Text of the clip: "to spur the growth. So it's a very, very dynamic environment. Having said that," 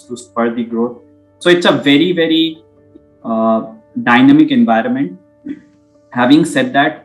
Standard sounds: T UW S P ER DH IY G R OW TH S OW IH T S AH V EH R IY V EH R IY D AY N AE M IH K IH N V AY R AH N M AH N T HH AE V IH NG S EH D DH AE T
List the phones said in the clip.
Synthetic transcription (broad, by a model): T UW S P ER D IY G R OW T S OW IH T S AH V EH R IY V EH R IY D AY N AE M IH K IH N V AY R AH N M AH N T HH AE V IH NG S EH D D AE T